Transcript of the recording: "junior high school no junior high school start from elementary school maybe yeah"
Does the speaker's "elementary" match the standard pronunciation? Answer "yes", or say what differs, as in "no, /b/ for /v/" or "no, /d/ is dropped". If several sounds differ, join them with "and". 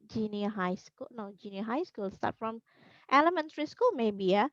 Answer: yes